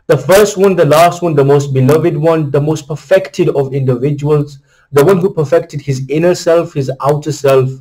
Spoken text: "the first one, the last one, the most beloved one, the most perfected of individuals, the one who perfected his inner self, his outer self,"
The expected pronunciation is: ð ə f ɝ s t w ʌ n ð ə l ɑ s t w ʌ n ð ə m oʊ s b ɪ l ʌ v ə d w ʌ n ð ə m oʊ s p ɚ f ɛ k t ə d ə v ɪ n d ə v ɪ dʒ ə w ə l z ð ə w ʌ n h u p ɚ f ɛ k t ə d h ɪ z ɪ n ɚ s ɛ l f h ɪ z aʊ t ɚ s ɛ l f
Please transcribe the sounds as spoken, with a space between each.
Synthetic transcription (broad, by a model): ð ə f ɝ s t w ʌ n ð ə l ɑ s t w ʌ n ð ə m oʊ s b ɪ l ʌ v ə d w ʌ n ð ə m oʊ s p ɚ f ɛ k t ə d ə v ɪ n d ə v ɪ dʒ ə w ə l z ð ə w ʌ n h u p ɚ f ɛ k t ə d h ɪ z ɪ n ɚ s ɛ l f h ɪ z aʊ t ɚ s ɛ l f